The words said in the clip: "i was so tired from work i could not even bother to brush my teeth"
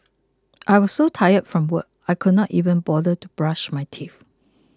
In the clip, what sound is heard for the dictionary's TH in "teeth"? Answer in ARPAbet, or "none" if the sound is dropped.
F